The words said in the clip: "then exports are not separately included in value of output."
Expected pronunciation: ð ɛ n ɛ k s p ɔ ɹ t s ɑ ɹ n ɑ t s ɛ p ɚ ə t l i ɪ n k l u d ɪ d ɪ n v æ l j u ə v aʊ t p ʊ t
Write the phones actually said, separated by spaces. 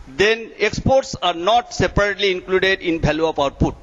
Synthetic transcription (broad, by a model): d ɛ n ɛ k s p ɔ ɹ t s ɑ ɹ n ɑ t s ɛ p ɚ ə t l i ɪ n k l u d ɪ d ɪ n b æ l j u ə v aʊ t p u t